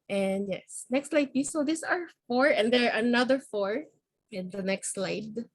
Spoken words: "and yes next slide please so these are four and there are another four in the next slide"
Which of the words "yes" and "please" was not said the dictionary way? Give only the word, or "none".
please